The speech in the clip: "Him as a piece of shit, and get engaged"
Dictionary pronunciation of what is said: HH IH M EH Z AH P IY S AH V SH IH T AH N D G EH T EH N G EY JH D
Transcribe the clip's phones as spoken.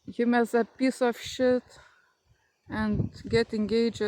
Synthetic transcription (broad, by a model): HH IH M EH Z AH P IY S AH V SH IH T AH N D G EH T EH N G EY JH